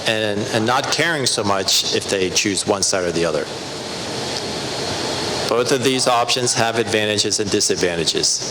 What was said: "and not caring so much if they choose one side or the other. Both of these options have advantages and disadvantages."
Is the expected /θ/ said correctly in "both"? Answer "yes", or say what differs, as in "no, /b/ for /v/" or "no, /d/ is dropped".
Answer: yes